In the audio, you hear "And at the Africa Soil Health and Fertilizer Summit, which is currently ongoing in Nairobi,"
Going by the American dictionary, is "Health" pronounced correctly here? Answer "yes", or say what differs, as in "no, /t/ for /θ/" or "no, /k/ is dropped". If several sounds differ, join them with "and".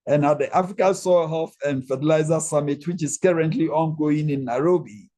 no, /f/ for /θ/